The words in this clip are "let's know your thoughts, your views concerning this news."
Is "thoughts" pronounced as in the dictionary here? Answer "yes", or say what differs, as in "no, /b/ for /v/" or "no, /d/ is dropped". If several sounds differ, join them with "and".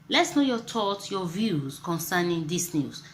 no, /s/ is dropped